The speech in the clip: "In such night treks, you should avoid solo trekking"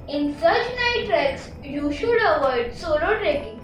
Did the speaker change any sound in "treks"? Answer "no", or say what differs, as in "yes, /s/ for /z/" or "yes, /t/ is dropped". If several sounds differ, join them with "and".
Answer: no